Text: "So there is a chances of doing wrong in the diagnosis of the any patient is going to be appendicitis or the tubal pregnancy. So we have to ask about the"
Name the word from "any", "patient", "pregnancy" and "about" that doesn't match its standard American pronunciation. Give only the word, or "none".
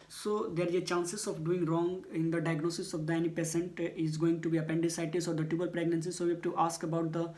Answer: patient